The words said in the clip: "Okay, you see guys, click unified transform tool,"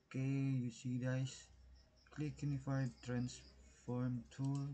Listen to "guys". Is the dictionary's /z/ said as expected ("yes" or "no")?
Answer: no